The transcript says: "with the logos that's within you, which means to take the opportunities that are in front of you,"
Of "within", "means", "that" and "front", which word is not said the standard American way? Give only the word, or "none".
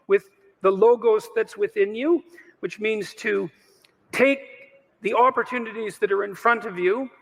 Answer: none